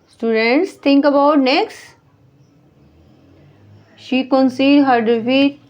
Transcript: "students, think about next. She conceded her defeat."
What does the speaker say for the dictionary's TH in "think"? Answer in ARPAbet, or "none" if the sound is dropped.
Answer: T